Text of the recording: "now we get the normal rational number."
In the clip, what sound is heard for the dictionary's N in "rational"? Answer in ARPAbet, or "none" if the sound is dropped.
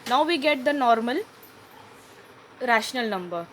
N